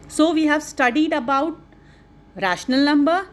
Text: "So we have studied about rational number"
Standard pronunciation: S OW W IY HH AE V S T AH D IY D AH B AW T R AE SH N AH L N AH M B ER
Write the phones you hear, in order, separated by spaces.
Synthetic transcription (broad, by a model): S OW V IY HH AE V S T AH D IY D AH B AW T R AE SH N AH L N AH M B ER